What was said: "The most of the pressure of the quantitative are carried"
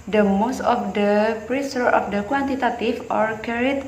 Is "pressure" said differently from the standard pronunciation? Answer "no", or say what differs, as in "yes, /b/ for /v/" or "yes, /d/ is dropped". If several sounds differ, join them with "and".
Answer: yes, /s/ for /ʃ/